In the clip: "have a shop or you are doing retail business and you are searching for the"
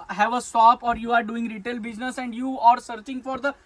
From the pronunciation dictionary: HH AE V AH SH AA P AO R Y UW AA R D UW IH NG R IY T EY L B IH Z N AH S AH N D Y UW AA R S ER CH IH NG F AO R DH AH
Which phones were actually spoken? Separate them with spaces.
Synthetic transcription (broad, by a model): HH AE V AH S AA P AO R Y UW AA R D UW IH NG R IY T EY L B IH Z N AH S AH N D Y UW AA R S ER CH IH NG F AO R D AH